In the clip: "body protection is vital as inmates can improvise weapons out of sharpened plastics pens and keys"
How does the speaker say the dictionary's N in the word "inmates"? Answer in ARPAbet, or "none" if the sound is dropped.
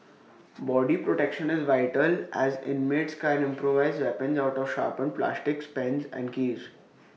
N